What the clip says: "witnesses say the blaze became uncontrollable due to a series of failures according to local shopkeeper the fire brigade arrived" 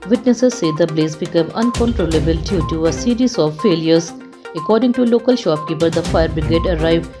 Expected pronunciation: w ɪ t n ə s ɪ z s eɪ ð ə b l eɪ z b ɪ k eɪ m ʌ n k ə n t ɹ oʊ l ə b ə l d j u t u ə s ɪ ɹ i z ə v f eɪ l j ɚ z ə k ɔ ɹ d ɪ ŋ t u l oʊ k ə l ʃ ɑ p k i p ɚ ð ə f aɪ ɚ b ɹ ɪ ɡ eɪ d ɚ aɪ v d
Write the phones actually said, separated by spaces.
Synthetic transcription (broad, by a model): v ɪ t n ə s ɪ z s eɪ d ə b l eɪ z b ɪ k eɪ m ʌ n k ə n t ɹ oʊ l ə b ə l d j u t u ə s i ɹ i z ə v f eɪ l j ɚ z ə k ɔ ɹ d ɪ ŋ t u l oʊ k ə l ʃ ɑ p k i p ɚ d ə f aɪ ɚ b ɹ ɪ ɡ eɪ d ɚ aɪ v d